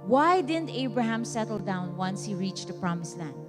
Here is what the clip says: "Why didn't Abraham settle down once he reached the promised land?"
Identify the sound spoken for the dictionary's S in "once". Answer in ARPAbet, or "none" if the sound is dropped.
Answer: S